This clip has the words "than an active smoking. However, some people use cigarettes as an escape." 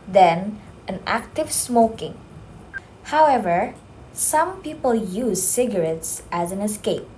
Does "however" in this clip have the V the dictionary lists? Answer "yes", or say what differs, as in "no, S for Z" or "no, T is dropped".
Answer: yes